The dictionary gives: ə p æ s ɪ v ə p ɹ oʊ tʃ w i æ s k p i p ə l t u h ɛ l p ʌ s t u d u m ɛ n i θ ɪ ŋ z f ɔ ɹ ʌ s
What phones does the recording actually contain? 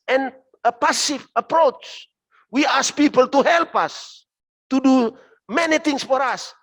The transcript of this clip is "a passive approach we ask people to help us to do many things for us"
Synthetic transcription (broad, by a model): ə p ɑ s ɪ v ə p ɹ oʊ tʃ w i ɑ s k p i p ə l t u h ɛ l p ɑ s t u d u m ɛ n i t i ŋ s f ɔ ɹ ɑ s